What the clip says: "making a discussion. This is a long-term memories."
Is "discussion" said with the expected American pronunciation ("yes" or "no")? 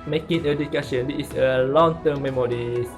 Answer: no